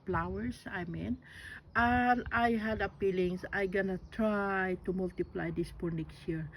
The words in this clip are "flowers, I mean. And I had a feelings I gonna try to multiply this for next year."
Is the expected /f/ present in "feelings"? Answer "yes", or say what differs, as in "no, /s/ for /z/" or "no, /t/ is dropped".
no, /p/ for /f/